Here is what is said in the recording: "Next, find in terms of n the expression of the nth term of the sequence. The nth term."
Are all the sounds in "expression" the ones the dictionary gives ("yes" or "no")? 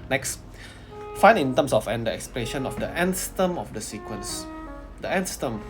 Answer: no